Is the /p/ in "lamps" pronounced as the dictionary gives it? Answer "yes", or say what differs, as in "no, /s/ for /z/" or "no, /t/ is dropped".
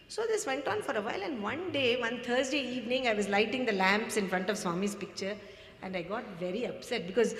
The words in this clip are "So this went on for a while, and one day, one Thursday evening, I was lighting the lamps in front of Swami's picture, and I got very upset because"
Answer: yes